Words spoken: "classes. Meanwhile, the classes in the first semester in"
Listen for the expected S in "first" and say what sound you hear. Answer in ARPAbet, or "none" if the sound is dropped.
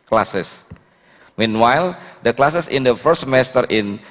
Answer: none